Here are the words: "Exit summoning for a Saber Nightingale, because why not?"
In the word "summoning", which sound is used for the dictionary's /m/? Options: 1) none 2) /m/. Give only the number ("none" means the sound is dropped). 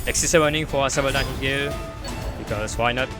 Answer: 1